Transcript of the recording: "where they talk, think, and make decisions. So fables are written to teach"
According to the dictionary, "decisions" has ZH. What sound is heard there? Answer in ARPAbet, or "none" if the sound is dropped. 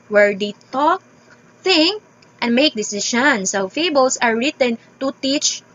SH